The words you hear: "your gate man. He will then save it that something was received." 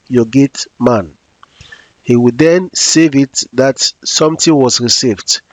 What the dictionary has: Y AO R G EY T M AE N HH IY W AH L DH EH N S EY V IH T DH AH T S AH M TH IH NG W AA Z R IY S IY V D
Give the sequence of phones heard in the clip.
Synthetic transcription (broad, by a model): Y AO G EY T M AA N HH IY W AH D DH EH N S EY V IH T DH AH T S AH M T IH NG W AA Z R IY S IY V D